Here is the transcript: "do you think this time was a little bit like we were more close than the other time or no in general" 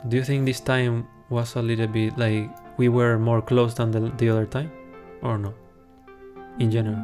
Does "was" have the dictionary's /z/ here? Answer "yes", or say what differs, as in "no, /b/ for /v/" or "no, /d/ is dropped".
no, /s/ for /z/